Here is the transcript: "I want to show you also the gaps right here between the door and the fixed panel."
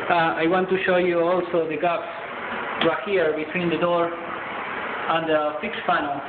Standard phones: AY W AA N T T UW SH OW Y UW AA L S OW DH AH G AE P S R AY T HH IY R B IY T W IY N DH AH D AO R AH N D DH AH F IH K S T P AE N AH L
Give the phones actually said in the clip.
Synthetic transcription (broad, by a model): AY W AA N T T UW SH OW Y UW AA L S OW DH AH G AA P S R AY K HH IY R B IY T W IY N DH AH D AO R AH N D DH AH F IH K S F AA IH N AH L